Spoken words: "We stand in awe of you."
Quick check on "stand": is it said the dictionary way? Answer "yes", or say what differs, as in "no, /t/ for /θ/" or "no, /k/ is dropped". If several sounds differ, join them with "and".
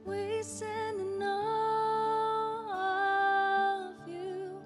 no, /d/ is dropped